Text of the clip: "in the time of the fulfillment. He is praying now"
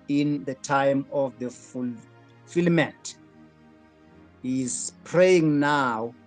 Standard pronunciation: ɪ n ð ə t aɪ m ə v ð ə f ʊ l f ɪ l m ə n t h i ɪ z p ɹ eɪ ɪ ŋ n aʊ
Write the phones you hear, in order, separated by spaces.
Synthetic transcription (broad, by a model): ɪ n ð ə t aɪ m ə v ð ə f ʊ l f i l m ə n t h i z p ɹ eɪ ɪ ŋ n aʊ